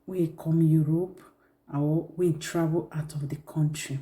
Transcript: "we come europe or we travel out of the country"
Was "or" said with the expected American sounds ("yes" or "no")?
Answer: no